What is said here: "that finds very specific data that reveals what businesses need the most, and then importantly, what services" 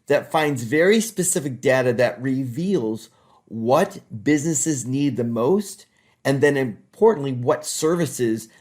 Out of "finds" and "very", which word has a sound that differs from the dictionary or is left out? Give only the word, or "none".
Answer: none